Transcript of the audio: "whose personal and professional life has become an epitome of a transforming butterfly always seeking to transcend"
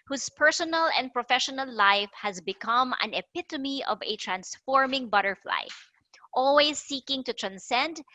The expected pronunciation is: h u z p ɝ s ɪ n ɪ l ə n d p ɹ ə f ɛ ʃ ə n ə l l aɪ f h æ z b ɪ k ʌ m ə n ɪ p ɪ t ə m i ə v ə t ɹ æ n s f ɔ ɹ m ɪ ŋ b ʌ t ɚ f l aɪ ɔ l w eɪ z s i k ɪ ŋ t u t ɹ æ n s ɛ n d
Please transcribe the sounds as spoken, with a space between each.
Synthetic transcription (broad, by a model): h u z p ɝ s ɪ n ɪ l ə n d p ɹ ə f ɛ ʃ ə n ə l l aɪ f h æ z b ɪ k ʌ m ə n ɪ p ɪ t ə m i ə v ə t ɹ æ n s f ɔ ɹ m ɪ ŋ b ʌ t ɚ f l aɪ ɔ l w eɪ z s i k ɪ ŋ t u t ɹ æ n s ɛ n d